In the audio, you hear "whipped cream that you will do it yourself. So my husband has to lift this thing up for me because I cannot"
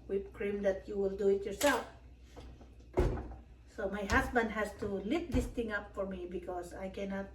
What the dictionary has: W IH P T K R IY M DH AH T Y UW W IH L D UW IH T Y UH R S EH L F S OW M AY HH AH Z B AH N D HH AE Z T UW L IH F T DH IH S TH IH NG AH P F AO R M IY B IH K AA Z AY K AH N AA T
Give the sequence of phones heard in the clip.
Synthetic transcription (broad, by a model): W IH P K R IY M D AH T Y UW W IH L D UW IH T Y UH R S EH L F S OW M AY HH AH S B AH N D HH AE S T UW L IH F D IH S T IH NG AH P F AO R M IY B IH K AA S AY K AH N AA T